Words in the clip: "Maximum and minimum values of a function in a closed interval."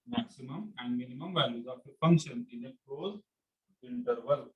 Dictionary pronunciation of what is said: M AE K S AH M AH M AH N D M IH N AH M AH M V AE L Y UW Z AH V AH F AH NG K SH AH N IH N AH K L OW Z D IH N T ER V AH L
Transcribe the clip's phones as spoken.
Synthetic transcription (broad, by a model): M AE K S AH M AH M AH N D M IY N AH M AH M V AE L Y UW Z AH P AH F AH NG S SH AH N IH N AH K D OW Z IH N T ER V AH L